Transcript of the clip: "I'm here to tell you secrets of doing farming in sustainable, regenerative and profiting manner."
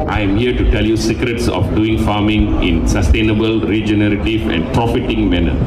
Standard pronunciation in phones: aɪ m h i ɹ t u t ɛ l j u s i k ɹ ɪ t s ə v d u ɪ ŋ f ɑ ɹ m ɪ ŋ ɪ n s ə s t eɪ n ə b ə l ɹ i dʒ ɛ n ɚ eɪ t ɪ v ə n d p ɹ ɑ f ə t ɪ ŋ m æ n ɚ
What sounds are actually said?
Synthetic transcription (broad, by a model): aɪ m h i ɹ t u t ɛ l j u s i k ɹ ɪ t s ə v d u ɪ ŋ f ɑ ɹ m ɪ ŋ ɪ n s ə s t eɪ n ə b ə l ɹ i dʒ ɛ n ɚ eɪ t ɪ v ə n d p ɹ ɑ f ə t ɪ ŋ m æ n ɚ